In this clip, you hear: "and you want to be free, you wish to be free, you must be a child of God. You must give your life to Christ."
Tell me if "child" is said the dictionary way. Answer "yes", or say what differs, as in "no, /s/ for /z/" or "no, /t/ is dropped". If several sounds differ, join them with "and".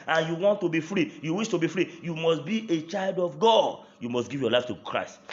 yes